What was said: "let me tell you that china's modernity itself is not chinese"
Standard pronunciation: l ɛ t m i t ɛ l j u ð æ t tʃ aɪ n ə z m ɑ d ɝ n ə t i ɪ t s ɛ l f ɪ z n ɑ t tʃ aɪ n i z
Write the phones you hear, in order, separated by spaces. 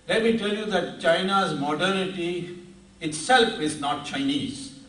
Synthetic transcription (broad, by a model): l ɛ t m i t ɛ l j u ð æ t tʃ aɪ n ə z m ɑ d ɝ ə t i ɪ t s ɛ l f ɪ z n ɑ t tʃ aɪ n i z